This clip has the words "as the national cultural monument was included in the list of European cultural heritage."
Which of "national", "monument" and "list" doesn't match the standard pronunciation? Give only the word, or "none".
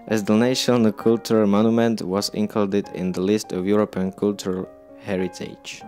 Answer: national